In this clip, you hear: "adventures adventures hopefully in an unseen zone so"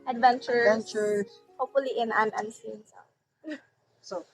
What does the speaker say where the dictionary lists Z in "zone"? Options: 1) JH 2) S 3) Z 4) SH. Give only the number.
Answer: 2